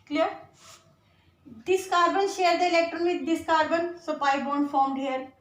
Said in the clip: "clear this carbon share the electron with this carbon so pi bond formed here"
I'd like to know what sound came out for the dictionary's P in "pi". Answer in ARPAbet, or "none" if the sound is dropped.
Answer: P